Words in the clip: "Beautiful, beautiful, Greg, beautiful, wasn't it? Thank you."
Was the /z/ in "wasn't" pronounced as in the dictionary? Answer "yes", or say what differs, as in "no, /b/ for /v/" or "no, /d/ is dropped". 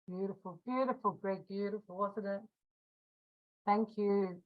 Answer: no, /s/ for /z/